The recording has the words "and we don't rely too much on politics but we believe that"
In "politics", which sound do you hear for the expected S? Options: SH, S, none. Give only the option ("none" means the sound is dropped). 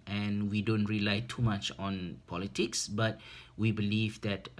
S